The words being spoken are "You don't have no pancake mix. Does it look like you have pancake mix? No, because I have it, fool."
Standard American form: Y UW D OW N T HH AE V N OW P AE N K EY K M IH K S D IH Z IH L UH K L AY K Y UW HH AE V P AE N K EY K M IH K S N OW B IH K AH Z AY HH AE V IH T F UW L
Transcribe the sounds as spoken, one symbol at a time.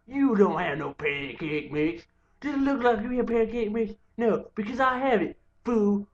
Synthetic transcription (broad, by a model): Y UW D OW N T HH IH V N OW P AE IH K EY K M IH K S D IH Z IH L UH K L AY K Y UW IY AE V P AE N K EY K M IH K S N OW B IH K AH Z AY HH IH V IH T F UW